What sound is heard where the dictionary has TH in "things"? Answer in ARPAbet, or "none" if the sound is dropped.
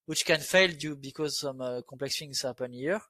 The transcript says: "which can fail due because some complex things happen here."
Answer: F